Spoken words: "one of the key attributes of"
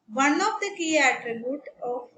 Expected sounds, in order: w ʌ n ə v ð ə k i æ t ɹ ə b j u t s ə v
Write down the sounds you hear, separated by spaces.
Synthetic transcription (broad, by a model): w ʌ n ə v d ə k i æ t ɹ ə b j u t ə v